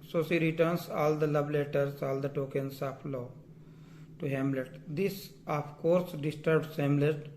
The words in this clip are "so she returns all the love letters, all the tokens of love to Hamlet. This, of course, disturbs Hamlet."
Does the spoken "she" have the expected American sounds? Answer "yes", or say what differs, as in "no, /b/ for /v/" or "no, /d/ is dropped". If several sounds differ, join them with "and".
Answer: no, /s/ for /ʃ/